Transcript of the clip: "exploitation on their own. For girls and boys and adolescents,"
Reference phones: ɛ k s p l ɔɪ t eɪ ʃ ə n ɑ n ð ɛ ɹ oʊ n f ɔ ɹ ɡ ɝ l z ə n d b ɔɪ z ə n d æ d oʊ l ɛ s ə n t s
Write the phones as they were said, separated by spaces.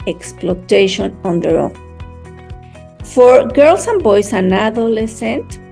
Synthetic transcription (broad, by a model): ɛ k s p l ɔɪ t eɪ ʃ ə n ɑ n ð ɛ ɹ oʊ f ɔ ɹ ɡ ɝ l s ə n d b ɔɪ s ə n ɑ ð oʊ l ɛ s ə n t